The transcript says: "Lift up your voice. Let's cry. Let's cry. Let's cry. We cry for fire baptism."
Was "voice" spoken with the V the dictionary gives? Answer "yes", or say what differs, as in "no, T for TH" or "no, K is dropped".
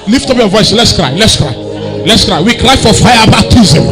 yes